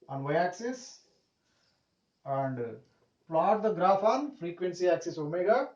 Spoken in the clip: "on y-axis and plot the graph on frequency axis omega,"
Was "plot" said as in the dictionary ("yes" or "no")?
yes